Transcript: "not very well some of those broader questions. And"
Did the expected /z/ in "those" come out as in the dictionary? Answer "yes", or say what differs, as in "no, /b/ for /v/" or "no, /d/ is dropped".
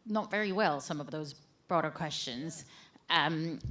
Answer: yes